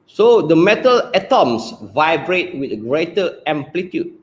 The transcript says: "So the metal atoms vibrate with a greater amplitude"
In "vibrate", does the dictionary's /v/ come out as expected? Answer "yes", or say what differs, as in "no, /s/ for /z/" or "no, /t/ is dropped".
yes